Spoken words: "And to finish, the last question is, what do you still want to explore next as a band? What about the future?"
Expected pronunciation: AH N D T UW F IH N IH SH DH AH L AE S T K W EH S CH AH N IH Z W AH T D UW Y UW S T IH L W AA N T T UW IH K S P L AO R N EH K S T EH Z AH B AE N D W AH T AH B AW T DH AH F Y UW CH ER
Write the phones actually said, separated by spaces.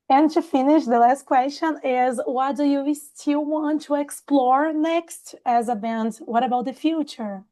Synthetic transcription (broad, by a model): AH N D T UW F IH N IH SH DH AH L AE S T K W EH S CH AH N IH Z W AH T D UW Y UW S T IH L W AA N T T UW IH K S P L AO R N EH K S T EH Z AH B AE N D W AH T AH B AW T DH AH F Y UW CH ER